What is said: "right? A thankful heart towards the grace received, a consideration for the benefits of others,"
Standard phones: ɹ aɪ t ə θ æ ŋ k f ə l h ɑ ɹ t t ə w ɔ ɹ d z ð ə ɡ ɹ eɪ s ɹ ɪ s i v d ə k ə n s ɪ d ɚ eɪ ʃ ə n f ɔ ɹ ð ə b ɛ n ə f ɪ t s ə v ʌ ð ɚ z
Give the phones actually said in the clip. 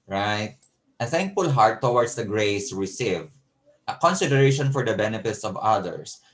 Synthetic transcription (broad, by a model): ɹ aɪ t ə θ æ ŋ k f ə l h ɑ ɹ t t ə w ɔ ɹ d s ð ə ɡ ɹ eɪ s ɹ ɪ s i v ə k ə n s ɪ d ɚ eɪ ʃ ə n f ɔ ɹ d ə b ɛ n ə f ɪ t s ə v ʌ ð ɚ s